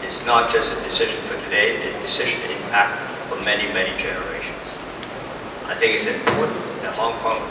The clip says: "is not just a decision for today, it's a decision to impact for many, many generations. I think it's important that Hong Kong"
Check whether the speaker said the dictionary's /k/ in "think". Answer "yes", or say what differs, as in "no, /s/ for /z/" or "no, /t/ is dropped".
yes